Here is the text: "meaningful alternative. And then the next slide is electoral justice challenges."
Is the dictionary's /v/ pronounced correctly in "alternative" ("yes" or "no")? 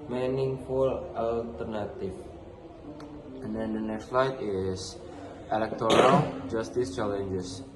no